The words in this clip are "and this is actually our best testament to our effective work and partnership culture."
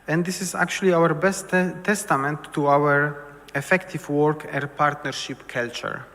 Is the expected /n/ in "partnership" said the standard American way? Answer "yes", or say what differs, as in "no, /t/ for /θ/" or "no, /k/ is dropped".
yes